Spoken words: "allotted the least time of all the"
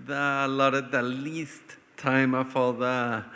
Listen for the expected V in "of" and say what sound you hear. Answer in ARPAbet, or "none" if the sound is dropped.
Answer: F